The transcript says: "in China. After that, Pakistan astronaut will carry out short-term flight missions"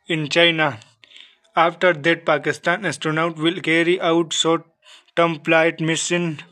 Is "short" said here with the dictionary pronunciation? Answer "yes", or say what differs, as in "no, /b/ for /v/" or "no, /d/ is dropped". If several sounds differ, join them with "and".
no, /s/ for /ʃ/